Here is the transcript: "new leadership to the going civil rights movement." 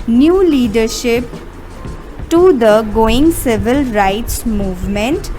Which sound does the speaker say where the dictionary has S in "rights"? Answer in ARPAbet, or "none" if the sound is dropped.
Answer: S